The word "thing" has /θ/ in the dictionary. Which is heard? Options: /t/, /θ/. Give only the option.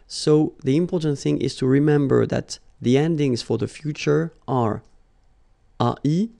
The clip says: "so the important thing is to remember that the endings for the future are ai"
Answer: /θ/